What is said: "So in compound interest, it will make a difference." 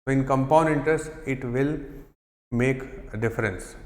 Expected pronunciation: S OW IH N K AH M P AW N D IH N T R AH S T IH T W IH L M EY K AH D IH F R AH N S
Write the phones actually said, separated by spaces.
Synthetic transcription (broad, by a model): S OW IH N K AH M P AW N IH N T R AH S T IH T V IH L M EY K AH D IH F R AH N S